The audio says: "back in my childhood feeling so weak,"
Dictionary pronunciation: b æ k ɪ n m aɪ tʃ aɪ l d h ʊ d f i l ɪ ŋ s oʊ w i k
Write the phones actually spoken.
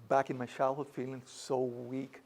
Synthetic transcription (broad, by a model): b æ k ɪ n m aɪ ʃ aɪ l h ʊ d f i l ɪ ŋ s oʊ w i k